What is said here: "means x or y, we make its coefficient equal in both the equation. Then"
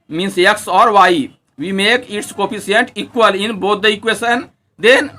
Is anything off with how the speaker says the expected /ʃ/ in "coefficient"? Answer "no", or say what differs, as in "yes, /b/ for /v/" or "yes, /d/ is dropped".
yes, /ʃ/ is dropped